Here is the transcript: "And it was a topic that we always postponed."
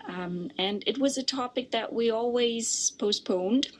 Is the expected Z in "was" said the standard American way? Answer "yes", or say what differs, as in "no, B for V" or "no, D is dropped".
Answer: yes